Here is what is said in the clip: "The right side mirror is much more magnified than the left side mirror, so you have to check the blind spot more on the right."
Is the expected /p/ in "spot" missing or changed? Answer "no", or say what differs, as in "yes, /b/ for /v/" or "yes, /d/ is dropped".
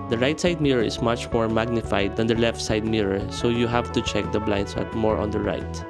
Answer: yes, /p/ is dropped